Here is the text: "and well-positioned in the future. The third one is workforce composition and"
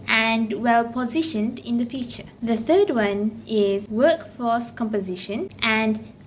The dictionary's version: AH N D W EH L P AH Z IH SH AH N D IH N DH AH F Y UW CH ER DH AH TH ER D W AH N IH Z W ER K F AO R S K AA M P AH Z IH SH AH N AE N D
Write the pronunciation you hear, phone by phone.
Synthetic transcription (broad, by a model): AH N D W EH L P AH Z IH SH AH N D IH N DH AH F Y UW CH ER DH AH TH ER D W AH N IH Z W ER K F AO S K AA M P AH Z IH SH AH N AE N D